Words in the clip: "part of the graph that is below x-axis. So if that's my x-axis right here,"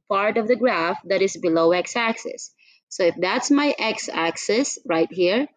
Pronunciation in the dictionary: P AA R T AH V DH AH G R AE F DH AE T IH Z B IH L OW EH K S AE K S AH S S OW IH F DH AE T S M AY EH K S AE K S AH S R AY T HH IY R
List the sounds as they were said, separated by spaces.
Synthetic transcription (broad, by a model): P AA R T AH V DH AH G R AE F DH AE T IH Z B IH L OW EH K S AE K S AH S S OW IH F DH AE T S M AY EH K S AE K S AH S R AY T HH IY R